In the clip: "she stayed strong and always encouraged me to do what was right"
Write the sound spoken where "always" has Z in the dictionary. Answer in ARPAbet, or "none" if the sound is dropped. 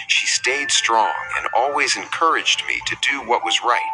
Z